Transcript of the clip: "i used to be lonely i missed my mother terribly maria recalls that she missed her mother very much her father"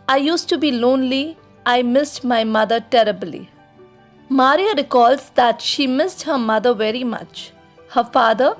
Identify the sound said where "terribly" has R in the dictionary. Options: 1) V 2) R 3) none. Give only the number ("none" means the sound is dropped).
2